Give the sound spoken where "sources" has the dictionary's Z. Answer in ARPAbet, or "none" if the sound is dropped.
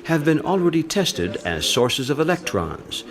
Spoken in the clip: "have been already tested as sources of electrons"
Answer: Z